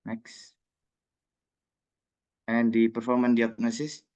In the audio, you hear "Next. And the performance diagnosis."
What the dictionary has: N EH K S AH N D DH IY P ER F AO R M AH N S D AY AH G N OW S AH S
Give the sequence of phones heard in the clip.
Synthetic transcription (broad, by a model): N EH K S AH N D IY P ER F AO R M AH N D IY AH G N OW S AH S